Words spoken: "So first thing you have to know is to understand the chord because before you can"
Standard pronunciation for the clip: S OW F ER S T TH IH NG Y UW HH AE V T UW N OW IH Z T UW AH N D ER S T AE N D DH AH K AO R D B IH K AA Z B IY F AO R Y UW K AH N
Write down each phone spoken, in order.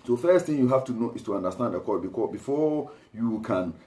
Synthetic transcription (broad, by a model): S OW F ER S T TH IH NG Y UW HH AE F T UW N OW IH S T UW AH N D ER S T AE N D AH K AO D B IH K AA B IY F AO Y UW K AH N